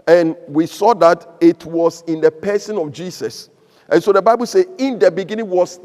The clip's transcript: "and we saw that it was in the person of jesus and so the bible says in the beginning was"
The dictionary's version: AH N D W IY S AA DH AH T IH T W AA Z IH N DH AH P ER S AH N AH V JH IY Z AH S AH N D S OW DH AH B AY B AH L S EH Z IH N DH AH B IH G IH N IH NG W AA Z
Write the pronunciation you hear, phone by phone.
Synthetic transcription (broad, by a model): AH N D W IY S AA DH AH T IH T W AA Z IH N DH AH P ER S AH N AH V JH IY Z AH S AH N S OW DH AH B AY B AH L S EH IH N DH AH B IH G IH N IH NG W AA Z